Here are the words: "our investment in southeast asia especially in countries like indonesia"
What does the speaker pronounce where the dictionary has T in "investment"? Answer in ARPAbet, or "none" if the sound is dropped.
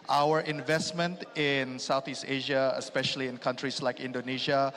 T